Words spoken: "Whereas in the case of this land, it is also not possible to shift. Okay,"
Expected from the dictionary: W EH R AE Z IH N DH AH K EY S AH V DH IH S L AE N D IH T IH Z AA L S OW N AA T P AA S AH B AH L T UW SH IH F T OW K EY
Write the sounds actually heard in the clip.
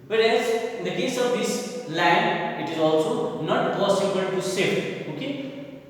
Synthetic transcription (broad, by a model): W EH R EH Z IH N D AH K EY S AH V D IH S L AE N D IH T IH Z AA L S OW N AA T P AA S AH B AH L T UW S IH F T OW K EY